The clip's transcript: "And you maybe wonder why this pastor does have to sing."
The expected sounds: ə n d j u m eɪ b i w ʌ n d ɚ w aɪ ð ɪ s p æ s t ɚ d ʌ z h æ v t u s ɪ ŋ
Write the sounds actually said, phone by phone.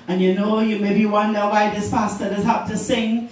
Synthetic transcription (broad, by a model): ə n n j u m eɪ b i w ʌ n d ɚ w aɪ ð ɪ s p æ s t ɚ d ʌ z h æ p t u s ɪ ŋ